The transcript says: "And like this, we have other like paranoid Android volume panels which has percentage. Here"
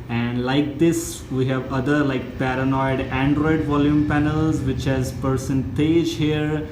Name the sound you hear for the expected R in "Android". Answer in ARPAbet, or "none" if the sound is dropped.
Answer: R